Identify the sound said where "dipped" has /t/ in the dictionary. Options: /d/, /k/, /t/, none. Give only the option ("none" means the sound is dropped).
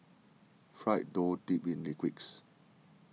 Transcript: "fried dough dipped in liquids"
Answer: none